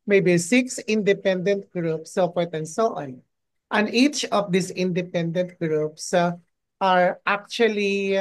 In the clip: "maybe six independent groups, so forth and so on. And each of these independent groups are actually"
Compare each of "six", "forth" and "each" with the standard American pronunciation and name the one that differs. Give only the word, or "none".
forth